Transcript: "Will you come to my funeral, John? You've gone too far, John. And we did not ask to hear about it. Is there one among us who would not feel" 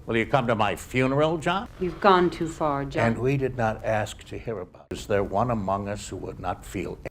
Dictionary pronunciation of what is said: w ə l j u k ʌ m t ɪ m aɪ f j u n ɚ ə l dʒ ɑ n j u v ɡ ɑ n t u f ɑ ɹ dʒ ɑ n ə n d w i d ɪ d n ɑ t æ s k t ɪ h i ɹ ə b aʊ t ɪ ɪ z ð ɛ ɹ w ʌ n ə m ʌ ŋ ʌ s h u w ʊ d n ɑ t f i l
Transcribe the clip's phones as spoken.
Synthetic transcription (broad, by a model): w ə l j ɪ k ʌ m t ɪ m aɪ f j u n ɚ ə l dʒ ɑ j u v ɡ ɑ n t u f ɑ ɹ dʒ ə n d w i d ɪ d n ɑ t æ s k t ɪ h i ɹ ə b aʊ ɪ ɪ z ð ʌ ɹ w ʌ n ə m ʌ ŋ ʌ s h u w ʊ d n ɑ t f i l